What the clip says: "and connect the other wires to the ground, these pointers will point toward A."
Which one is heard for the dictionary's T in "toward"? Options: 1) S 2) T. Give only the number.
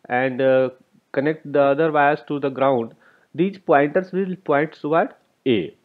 1